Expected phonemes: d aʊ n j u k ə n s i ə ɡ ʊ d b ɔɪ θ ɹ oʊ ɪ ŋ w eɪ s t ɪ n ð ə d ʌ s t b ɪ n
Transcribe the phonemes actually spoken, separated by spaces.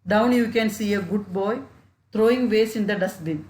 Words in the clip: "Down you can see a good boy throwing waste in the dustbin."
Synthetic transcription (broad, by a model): d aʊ n j u k ə n s i ə ɡ ʊ d b ɔɪ t ɹ oʊ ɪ ŋ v eɪ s ɪ n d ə d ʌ s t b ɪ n